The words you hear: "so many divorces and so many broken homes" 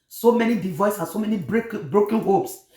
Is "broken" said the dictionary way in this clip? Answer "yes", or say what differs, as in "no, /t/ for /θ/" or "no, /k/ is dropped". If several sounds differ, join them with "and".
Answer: yes